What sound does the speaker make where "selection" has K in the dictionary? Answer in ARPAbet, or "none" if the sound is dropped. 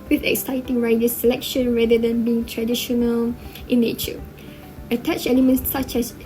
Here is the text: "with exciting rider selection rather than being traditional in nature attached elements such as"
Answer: K